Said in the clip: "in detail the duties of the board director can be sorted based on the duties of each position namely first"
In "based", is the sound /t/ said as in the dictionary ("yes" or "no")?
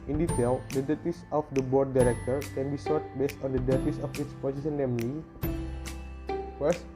yes